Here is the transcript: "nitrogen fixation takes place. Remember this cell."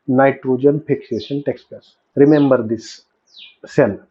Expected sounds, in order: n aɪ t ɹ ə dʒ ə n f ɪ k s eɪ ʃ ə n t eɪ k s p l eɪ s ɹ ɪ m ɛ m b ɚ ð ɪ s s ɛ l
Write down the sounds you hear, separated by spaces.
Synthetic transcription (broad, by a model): n aɪ t ɹ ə dʒ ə n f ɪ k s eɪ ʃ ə n t eɪ k s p eɪ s ɹ ɪ m ɛ m b ɚ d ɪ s s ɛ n